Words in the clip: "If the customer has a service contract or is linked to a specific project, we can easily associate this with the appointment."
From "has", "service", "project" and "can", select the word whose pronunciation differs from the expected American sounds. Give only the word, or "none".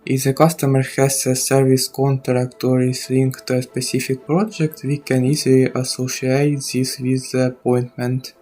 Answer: has